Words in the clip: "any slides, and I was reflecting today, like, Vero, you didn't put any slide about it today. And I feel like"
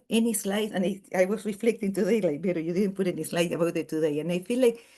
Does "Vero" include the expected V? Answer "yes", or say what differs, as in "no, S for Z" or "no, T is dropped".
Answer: no, B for V